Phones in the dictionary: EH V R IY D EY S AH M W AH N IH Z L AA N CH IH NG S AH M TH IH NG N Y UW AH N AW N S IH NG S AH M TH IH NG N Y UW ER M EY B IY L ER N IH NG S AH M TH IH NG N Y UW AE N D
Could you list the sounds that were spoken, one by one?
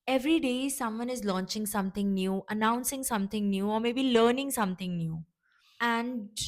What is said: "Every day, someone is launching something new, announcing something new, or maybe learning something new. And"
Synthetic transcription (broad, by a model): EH V R IY D EY S AH M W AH N IH Z L AA N CH IH NG S AH M T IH NG N Y UW AH N AW N S IH NG S AH M T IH NG N Y UW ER M EY B IY L ER N IH NG S AH M T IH NG N Y UW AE N D